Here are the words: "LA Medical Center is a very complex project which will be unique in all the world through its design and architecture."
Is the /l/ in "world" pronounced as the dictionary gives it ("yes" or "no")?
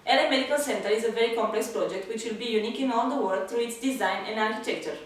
no